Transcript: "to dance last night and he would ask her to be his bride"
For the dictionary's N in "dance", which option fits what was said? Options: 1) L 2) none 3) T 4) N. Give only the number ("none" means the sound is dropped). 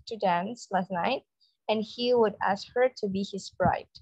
4